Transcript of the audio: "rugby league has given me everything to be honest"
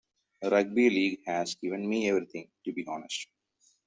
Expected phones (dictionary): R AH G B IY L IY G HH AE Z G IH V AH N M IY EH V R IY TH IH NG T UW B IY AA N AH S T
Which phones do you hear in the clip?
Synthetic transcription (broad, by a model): R AH G B IY L IY G HH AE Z G IH V AH N M IY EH V R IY T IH NG T UW B IY AA N AH S T